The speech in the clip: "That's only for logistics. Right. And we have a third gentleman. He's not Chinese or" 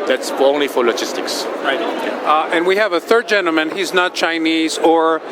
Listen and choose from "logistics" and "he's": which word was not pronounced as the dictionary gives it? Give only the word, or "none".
none